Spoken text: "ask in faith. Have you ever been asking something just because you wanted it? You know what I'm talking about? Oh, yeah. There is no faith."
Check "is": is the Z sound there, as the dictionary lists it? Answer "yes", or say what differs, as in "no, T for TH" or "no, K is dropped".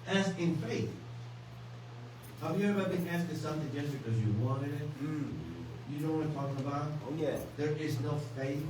yes